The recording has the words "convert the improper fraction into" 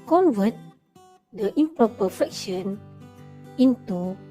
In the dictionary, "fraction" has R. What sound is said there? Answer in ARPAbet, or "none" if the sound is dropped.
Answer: none